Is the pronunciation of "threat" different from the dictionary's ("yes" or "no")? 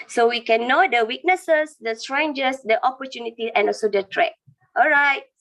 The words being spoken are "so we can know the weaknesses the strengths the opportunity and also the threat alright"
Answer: yes